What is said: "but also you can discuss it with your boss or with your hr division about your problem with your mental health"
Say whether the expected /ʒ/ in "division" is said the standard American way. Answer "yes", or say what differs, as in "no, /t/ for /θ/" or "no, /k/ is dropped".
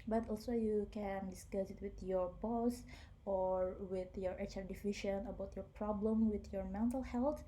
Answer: no, /ʃ/ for /ʒ/